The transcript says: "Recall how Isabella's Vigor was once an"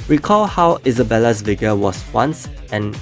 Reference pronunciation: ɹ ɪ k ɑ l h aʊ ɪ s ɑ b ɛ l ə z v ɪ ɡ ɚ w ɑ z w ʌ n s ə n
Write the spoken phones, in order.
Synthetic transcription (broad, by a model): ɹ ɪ k ɑ l h aʊ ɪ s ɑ b ɛ l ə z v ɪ ɡ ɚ w ɑ s w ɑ n s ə n